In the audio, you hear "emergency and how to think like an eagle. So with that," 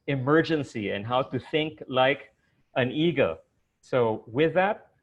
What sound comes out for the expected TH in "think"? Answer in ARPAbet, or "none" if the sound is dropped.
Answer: TH